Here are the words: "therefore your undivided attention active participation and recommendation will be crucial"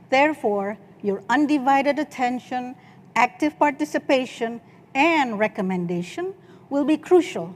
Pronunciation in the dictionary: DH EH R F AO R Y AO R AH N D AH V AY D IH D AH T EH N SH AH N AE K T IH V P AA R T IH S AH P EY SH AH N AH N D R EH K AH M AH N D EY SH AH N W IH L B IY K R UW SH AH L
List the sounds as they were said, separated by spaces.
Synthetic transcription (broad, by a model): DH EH R F AO R Y AO R AH N D AH V AY D IH D AH T EH N SH AH N AE K T IH V P AA R T IH S AH P EY SH AH N AH N D R EH K AH M AH N D EY SH AH N W IH L B IY K R UW SH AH L